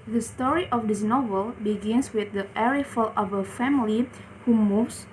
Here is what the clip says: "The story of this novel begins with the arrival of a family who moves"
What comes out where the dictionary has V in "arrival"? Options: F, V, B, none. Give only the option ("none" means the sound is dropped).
F